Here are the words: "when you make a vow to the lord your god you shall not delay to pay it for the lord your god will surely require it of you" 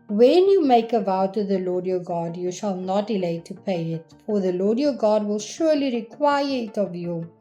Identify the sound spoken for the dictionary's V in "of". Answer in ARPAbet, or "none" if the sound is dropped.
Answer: V